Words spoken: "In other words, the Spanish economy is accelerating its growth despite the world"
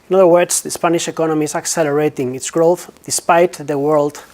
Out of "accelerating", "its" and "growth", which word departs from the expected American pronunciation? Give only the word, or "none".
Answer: none